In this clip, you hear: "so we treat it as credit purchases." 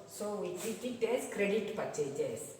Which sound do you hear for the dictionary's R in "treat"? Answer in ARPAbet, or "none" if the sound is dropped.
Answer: none